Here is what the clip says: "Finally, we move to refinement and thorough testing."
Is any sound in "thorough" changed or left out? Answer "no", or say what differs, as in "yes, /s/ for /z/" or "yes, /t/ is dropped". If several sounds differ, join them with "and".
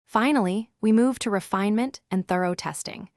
no